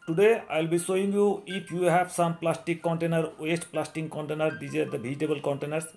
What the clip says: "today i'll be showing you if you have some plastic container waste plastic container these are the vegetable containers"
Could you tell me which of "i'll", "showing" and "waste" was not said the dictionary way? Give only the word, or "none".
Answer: showing